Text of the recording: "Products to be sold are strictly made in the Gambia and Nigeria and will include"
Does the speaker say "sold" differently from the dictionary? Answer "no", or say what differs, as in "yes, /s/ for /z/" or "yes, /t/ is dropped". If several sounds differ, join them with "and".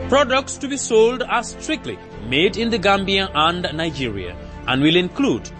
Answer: no